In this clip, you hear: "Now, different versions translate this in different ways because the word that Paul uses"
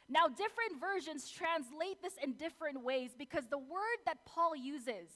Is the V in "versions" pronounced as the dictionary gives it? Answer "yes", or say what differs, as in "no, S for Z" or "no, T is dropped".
yes